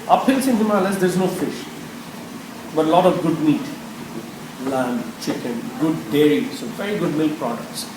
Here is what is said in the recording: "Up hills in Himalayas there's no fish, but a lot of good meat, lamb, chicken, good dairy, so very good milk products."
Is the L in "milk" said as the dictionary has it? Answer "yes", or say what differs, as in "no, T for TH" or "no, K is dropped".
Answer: yes